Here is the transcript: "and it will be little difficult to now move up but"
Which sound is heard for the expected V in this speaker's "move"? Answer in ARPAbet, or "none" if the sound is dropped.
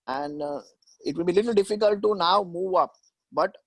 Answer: V